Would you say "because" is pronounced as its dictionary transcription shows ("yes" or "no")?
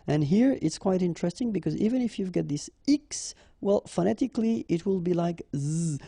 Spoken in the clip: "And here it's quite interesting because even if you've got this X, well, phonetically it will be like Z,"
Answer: yes